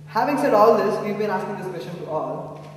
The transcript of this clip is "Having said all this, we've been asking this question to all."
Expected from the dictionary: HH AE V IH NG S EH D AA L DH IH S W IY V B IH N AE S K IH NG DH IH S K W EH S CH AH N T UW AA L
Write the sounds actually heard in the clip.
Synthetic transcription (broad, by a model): HH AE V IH NG S EH D AA L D IH S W IY V B IH N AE S K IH NG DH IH S K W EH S SH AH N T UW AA L